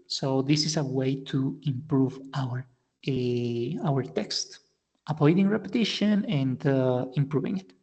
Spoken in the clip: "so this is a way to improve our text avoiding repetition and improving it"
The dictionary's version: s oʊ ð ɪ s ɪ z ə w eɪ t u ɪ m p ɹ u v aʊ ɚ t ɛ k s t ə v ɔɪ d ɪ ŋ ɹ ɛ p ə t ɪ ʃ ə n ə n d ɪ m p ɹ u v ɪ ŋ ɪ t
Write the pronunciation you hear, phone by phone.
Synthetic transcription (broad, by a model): s oʊ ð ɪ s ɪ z ə w eɪ t u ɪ m p ɹ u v aʊ ɚ t ɛ k s t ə p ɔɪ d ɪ ŋ ɹ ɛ p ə t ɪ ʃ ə n ə n d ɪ m p ɹ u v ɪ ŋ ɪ t